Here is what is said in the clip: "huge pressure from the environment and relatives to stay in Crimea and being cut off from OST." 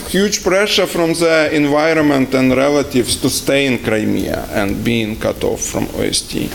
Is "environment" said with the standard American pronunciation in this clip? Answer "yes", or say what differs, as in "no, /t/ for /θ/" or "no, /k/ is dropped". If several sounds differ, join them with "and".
yes